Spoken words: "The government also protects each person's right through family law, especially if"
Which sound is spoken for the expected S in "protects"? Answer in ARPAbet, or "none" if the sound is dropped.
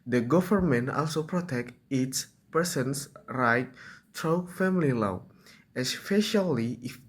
none